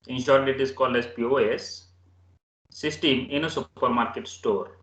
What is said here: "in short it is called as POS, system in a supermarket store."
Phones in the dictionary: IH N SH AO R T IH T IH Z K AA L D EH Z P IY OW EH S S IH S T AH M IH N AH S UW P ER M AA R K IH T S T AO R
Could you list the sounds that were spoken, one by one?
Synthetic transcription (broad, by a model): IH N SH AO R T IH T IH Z K AA L D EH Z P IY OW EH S S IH S T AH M IH N AH S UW P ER M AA R K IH T S T AO R